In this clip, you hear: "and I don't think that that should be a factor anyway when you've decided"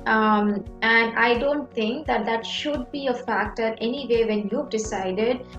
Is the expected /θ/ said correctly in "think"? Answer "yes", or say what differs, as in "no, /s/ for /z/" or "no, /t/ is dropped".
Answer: no, /t/ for /θ/